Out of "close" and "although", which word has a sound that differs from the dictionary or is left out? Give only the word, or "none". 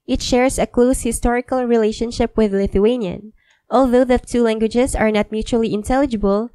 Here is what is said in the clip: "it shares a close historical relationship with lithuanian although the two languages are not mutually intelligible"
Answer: none